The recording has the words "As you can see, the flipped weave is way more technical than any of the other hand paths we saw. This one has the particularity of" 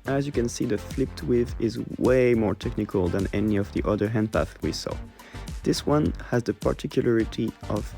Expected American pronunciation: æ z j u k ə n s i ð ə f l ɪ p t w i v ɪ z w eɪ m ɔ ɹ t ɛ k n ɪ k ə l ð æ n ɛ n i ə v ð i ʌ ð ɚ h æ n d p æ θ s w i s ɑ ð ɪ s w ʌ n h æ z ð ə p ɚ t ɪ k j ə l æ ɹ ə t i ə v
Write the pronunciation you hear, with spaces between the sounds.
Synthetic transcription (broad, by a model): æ z j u k ə n s i ð ə f l ɪ p t w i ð ɪ z w eɪ m ɔ ɹ t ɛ k n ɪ k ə l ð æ n ɛ n i ə v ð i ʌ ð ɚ h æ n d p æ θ w i s ɑ ð ɪ s w ʌ n h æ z ð ə p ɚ t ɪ k j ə l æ ɹ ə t i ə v